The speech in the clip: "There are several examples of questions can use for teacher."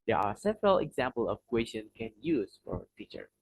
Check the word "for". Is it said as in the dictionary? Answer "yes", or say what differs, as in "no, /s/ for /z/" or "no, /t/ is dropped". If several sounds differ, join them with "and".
yes